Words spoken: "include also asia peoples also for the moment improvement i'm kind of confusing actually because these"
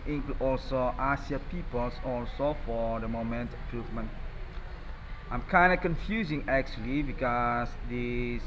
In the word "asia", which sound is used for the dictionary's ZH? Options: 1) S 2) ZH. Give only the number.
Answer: 1